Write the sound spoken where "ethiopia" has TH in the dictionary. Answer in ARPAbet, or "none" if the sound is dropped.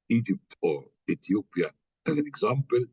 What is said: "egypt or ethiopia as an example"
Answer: T